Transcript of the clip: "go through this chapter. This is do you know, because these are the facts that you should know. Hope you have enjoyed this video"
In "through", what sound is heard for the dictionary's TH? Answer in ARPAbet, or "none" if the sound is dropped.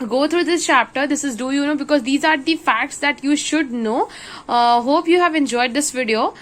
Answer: T